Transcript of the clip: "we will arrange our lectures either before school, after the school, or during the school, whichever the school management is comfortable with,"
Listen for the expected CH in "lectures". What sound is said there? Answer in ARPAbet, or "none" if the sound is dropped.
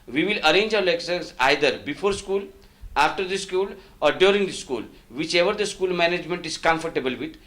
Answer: S